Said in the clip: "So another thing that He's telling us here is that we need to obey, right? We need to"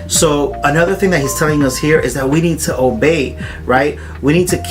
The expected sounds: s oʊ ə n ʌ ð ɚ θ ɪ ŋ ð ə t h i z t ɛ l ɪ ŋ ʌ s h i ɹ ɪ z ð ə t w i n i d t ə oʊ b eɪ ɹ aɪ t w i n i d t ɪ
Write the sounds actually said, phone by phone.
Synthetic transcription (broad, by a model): s oʊ ə n ʌ ð ɚ θ ɪ ŋ ð ə t h i z t ɛ l ɪ ŋ ʌ s h i ɹ ɪ z ð ə t w i n i d t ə oʊ b eɪ ɹ aɪ t w i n i d t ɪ